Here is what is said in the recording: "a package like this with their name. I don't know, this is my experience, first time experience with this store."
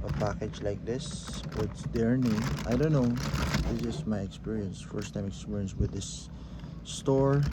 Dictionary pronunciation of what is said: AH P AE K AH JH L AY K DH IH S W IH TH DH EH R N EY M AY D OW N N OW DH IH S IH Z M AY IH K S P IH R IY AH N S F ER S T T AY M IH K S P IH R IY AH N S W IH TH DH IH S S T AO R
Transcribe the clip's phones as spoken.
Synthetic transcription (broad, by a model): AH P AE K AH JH L AY K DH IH S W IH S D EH R N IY AY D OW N N OW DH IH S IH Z M AY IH K S P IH R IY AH N S F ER S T T AY M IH K S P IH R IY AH N S W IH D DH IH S S T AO R